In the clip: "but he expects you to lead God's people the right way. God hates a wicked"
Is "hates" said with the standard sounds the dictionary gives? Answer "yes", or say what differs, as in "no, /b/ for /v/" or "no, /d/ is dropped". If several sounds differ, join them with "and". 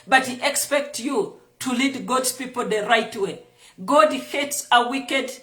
yes